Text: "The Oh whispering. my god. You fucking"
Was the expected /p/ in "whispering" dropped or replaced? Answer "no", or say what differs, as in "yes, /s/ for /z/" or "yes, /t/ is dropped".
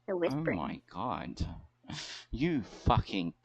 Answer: yes, /p/ is dropped